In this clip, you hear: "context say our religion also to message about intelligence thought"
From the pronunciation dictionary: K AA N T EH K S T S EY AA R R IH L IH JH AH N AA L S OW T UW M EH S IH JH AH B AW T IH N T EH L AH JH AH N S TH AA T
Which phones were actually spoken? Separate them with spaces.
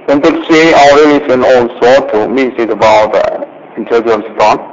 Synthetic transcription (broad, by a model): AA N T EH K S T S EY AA L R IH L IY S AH N AA L S OW T UW M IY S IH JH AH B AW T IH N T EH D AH AH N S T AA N